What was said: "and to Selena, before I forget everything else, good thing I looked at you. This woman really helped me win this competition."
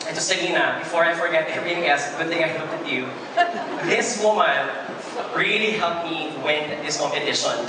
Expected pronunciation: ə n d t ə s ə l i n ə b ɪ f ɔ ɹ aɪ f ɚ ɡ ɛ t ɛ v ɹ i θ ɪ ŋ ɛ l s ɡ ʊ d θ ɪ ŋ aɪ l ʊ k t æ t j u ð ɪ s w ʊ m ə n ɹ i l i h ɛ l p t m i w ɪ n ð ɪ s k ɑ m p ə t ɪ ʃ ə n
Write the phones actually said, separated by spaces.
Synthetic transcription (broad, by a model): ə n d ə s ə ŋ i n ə b ɪ f ɔ ɹ aɪ f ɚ ɡ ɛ t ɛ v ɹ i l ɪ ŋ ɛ s ɡ ʊ d θ ɪ ŋ aɪ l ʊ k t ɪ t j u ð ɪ s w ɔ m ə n ɹ i l i h ɛ l p m i w ɪ n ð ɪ s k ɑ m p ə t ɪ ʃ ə n